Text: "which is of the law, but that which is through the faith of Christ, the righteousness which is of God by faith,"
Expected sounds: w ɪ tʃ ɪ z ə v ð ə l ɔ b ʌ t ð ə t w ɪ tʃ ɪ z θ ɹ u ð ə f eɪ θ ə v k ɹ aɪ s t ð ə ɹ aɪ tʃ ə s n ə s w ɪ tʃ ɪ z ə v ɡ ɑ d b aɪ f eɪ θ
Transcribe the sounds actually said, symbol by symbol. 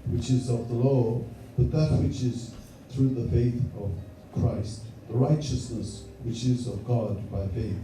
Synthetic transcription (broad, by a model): w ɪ tʃ ɪ z ə v ð ə l ɔ b ʌ t ð ə t w ɪ tʃ ɪ z θ ɹ u ð ə f eɪ θ ə v k ɹ aɪ s t ð ə ɹ aɪ tʃ ə s n ə s w ɪ tʃ ɪ z ə v ɡ ɑ d b aɪ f eɪ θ